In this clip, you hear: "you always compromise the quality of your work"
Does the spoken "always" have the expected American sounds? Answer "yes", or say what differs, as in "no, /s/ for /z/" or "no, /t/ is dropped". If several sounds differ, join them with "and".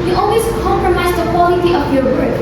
no, /s/ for /z/